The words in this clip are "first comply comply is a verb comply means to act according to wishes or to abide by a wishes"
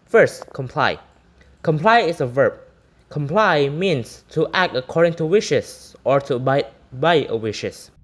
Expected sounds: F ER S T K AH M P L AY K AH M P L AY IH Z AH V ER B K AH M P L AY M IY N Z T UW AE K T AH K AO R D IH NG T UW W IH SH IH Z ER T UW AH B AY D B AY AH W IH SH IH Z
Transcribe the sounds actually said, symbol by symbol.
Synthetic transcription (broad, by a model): F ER S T K AH M P L AY K AH M P L AY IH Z AH V ER B K AH M P L AY M IY N S T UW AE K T AH K AO R D IH NG T UW W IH SH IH S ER T UW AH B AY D B AY AH W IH SH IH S